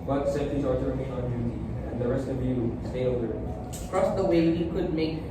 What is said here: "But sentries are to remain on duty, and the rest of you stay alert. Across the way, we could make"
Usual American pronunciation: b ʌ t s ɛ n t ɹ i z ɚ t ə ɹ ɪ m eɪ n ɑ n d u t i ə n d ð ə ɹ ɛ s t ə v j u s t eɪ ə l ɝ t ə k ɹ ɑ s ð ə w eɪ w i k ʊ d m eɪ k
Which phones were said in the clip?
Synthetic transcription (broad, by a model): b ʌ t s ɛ t i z ɚ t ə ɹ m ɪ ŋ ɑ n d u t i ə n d ð ə ɹ ɛ s t ə v j u s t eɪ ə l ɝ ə k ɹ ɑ s ð ə w eɪ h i k ʊ d m eɪ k